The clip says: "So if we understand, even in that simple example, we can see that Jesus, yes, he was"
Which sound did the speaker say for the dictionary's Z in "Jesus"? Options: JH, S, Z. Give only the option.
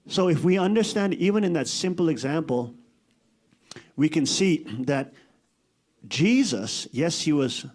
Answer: Z